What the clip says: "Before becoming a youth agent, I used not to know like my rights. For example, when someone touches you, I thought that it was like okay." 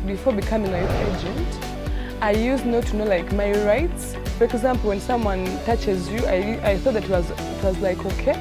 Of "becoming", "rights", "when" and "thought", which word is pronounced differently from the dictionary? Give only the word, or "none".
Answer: none